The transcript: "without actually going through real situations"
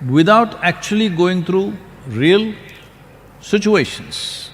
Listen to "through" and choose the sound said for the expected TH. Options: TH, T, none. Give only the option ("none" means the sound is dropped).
T